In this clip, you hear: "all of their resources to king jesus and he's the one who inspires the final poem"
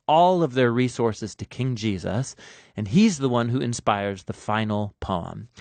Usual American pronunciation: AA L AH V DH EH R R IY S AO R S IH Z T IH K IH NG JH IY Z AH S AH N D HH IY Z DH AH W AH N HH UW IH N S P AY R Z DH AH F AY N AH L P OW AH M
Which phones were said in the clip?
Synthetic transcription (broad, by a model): AA L AH V DH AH R R IY S AO R S IH Z T IH K IH NG JH IY Z AH S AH N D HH IY Z DH AH W AH N HH UW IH N S P AY R Z DH AH F AY N L P OW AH M